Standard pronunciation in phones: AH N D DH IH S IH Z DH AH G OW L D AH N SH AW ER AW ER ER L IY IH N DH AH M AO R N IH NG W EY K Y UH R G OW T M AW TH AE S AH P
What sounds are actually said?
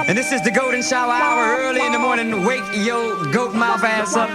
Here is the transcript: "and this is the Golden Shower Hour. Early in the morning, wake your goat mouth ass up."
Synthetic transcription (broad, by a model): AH N DH IH S IH Z DH AH G OW L D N SH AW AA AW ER ER L IY IH N DH AH M AO R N IH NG W EY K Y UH L G OW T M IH F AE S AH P